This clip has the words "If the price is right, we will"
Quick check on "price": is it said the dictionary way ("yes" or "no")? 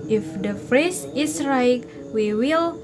no